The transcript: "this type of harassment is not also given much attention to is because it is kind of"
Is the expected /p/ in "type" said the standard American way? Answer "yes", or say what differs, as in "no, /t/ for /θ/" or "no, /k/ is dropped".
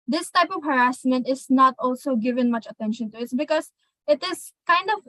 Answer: yes